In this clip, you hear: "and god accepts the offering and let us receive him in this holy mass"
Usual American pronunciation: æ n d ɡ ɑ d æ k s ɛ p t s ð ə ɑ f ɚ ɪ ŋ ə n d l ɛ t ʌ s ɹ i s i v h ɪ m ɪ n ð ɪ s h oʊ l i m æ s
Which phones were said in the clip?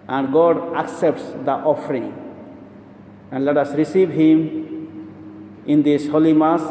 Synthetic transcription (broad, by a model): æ n d ɡ ɑ d æ k s ɛ p t s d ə ɑ f ɚ ɪ ŋ ə n d l ɛ t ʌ s ɹ i s i v h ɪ m ɪ n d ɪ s h oʊ l i m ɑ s